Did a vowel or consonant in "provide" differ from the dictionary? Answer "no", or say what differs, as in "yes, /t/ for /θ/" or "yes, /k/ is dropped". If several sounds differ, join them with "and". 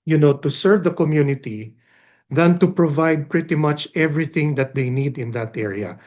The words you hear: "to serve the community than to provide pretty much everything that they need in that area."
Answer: no